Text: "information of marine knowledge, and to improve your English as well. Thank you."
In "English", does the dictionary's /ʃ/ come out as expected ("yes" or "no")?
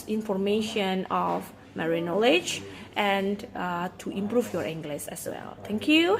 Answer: no